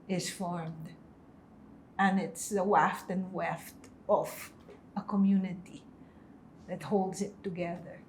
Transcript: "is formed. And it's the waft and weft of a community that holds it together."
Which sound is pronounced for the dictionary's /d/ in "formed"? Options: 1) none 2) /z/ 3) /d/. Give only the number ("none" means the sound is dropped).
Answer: 3